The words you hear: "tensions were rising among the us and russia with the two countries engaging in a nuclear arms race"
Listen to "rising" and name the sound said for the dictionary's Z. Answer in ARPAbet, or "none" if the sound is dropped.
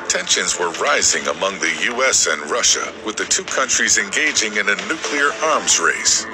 Z